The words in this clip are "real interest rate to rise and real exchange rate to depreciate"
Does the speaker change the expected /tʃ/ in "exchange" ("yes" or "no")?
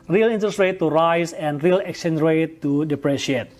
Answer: yes